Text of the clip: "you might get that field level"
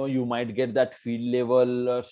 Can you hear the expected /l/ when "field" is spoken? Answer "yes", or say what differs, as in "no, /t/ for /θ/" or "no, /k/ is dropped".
no, /l/ is dropped